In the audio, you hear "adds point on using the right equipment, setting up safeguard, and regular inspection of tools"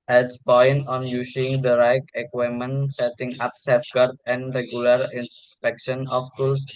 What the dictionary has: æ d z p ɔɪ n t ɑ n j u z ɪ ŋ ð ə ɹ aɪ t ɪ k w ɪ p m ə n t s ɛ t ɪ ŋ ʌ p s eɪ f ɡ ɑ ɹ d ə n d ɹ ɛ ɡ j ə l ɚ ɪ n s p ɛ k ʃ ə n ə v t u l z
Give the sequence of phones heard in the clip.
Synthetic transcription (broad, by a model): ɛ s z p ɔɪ n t ɑ n j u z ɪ ŋ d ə ɹ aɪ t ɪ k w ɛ m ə n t s ɛ t ɪ ŋ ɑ p s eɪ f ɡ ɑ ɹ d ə n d ɹ ɛ ɡ j ə l ɚ ɪ n s p ɛ k ʃ ə n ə f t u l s